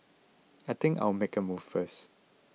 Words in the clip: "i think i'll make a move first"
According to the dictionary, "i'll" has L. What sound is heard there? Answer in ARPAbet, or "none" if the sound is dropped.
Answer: W